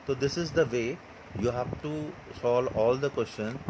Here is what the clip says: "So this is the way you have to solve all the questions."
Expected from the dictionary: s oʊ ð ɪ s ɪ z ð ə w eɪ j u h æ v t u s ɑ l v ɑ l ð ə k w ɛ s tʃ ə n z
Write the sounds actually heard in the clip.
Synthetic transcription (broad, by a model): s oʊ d ɪ s ɪ z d ə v eɪ j u h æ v t u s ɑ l ɑ l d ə k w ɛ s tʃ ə n